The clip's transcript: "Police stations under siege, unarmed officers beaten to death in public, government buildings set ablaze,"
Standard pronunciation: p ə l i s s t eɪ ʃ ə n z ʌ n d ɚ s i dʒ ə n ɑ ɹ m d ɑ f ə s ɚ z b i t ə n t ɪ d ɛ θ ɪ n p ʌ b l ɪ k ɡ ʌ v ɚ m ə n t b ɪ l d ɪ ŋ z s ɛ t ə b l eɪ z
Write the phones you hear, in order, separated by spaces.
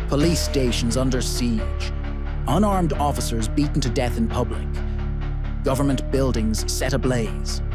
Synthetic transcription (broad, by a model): p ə l i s s t eɪ ʃ ə n z ʌ n d ɚ s i dʒ ə n ɑ ɹ m d ɑ f ə s ɚ z b i t n t ɪ d ɛ θ ɪ n p ʌ b l ɪ k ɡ ʌ v ɚ m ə n b ɪ l d ɪ ŋ z s ɛ t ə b l eɪ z